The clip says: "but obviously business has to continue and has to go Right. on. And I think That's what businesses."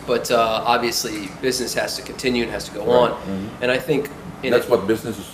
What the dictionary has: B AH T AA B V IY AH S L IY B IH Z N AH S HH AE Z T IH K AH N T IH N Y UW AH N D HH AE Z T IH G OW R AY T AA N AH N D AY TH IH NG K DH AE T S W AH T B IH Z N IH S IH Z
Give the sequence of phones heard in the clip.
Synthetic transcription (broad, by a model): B AH T AA B V IY AH S L IY B IH Z N AH S HH AE Z T IH K N T IH N Y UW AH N HH AE Z T IH G OW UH AA N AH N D AY TH IH NG K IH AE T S W AH T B IH Z N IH S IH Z